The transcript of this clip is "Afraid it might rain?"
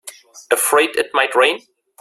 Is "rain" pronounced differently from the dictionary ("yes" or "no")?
no